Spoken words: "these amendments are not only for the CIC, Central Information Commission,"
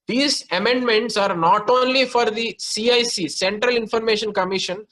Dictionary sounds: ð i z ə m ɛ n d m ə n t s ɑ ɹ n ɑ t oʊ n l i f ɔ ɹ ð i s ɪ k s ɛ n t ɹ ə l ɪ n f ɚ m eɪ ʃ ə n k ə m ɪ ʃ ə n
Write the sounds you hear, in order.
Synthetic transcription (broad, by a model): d i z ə m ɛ n d m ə n t s ɑ ɹ n ɑ t oʊ n l i f ɔ ɹ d i s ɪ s s ɛ n t ɹ ə l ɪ n f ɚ m eɪ ʃ ə n k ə m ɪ ʃ ə n